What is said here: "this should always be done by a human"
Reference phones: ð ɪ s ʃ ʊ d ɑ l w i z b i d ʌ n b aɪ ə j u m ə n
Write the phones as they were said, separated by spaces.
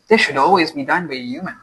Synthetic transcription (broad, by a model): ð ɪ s ʃ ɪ d ɑ l w i z b i d ʌ n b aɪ ə j u m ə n